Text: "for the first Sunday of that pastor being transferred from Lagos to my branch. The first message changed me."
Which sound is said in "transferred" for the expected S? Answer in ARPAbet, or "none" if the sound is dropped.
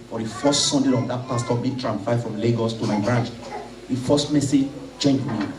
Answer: none